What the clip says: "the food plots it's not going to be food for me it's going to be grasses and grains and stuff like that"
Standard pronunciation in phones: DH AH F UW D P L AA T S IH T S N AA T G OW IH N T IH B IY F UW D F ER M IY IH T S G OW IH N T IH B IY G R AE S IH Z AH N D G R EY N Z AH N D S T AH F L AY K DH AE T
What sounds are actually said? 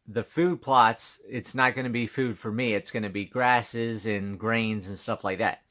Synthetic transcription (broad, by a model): DH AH F UW D P L AA T S IH T S N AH T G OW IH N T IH B IY F UW D F ER M IY IH T S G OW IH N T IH B IY G R AE S IH Z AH N G R EY N Z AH N S T AH F L AY K DH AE T